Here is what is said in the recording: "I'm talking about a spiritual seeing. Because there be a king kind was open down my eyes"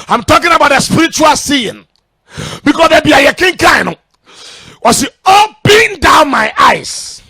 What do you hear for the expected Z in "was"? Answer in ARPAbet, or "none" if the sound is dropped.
S